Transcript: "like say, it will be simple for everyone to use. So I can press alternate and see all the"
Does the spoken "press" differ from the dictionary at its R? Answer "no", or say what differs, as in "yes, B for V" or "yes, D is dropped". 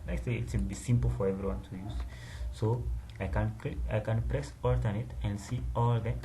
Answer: no